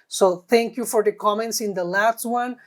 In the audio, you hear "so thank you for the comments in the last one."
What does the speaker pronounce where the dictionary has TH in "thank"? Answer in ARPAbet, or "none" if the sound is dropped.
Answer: T